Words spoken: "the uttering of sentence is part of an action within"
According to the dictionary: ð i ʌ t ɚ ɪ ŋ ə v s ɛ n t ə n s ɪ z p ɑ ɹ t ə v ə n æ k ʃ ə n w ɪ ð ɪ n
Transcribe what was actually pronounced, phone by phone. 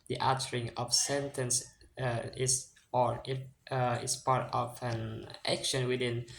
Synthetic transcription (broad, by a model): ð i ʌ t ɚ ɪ ŋ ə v s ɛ n t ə n s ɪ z p ɑ ɹ t ə v ə n æ k ʃ ə n w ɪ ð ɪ n